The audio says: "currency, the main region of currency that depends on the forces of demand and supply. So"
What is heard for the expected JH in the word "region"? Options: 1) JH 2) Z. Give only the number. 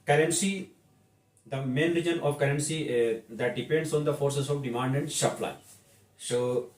1